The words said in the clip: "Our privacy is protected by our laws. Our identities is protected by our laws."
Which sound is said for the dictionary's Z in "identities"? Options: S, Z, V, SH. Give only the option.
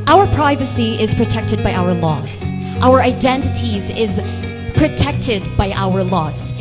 Z